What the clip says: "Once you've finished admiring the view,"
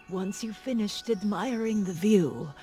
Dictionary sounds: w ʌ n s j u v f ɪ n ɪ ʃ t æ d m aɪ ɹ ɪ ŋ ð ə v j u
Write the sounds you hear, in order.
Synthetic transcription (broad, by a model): w ʌ n s j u f ɪ n ɪ ʃ t æ d m aɪ ɹ ɪ ŋ ð ə v j u